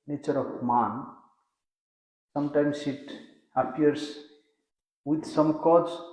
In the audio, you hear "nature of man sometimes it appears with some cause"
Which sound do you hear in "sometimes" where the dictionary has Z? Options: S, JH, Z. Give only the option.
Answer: S